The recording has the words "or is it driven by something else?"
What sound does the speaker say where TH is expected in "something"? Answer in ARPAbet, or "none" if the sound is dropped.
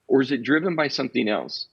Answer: TH